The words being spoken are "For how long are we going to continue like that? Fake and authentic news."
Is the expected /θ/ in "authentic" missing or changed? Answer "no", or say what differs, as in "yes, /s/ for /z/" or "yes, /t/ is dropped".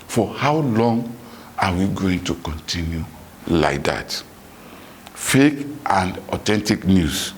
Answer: yes, /t/ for /θ/